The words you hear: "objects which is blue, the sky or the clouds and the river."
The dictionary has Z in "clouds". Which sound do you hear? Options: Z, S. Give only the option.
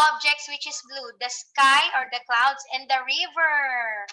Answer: S